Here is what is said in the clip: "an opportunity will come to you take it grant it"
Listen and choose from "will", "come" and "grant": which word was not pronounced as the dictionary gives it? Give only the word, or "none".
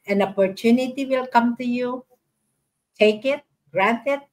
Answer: none